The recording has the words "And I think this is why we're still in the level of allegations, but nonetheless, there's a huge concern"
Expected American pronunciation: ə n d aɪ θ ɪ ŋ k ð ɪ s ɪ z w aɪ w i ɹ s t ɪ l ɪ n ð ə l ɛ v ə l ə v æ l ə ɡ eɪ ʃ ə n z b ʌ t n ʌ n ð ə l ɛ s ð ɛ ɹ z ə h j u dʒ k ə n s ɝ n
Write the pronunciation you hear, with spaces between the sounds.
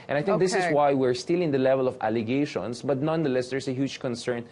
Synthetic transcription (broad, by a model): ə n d aɪ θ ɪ k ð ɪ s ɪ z w aɪ w i ɹ s t ɪ l ɪ n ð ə l ɛ v ə l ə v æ l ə ɡ eɪ ʃ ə n s b ʌ t n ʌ n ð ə l ɛ s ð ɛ ɹ s ə h j u dʒ k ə n s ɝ n